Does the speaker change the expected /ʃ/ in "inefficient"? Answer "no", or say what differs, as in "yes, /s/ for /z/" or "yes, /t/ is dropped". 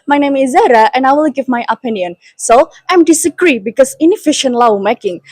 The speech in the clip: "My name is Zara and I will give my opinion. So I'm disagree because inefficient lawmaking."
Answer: no